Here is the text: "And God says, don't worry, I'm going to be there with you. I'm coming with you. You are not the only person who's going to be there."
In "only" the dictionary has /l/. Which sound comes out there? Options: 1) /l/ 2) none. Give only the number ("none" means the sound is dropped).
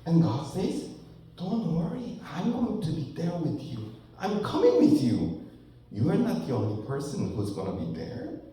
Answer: 1